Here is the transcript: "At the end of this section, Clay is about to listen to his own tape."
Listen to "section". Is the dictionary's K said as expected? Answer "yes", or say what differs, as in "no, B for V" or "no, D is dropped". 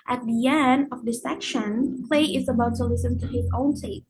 yes